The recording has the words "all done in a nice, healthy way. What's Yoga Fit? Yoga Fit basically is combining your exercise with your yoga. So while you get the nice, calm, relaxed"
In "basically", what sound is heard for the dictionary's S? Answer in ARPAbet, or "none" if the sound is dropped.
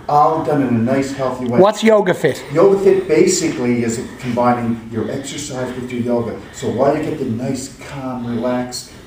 S